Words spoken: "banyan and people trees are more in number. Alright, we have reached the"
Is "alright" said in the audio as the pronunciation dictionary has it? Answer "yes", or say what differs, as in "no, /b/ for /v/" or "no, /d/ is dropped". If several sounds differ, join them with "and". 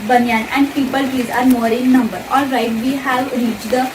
no, /l/ is dropped